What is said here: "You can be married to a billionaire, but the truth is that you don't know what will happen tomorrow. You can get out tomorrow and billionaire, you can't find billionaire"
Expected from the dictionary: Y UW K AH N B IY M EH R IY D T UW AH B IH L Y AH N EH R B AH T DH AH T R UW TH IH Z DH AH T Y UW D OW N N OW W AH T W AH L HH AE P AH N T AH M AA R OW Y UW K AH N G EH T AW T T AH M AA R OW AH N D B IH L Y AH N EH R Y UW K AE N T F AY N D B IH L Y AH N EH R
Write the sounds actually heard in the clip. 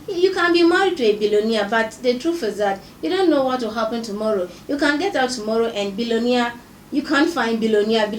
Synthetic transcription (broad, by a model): Y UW K AH N B IY M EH R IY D T UW AH B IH L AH N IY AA B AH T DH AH T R UW F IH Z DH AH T Y UW D OW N N OW W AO T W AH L HH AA P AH N T AH M AA R OW Y UW K AH N G EH T AW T T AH M AA R OW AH N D B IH L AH N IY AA Y UW K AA N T F AY N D B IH L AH N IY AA